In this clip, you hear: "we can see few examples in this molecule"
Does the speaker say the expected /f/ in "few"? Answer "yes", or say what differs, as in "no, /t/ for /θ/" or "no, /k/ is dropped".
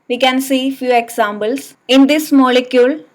yes